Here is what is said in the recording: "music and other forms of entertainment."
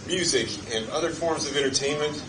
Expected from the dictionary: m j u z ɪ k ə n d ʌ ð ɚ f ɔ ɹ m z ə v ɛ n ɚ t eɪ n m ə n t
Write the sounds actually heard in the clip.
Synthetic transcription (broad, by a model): m j u z ɪ k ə n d ʌ ð ɚ f ɔ ɹ m z ə v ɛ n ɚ t eɪ n m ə n t